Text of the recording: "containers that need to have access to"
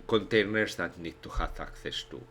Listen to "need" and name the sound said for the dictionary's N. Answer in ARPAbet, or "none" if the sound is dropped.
N